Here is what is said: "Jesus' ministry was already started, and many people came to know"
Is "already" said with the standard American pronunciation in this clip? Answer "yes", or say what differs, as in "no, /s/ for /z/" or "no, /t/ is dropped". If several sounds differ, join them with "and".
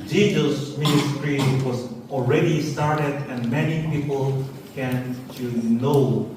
yes